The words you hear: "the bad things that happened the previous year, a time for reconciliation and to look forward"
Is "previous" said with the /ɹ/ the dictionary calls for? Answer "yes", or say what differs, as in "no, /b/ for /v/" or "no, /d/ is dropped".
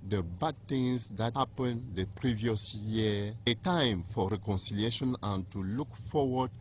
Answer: yes